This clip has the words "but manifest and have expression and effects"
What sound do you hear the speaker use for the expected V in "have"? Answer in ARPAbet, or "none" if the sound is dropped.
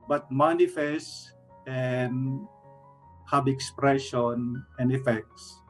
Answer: B